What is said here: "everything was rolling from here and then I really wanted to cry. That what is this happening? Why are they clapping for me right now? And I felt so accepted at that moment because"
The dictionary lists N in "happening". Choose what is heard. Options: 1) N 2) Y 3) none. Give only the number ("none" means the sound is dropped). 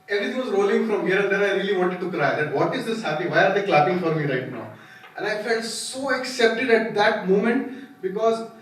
3